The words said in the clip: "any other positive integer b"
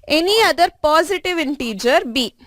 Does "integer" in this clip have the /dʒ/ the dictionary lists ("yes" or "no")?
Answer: yes